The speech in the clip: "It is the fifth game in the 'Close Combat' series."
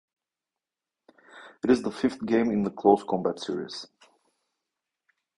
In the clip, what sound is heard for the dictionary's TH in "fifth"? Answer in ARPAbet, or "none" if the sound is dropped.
TH